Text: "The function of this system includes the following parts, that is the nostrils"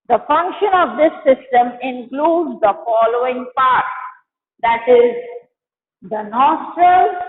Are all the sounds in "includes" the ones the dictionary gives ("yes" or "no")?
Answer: yes